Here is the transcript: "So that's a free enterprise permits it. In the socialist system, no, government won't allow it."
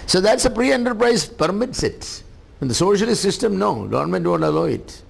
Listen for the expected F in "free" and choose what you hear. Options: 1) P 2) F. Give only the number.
1